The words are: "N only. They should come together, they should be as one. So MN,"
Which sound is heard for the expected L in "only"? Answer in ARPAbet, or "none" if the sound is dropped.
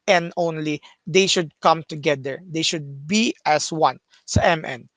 L